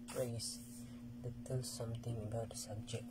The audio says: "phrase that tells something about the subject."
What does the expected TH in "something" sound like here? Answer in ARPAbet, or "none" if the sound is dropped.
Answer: T